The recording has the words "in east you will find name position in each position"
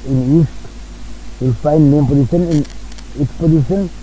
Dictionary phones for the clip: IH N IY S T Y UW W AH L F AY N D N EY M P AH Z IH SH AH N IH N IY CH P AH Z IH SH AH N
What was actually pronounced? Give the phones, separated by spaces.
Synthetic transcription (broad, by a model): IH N IY S T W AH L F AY N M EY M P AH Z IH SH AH N IH N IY S P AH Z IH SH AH N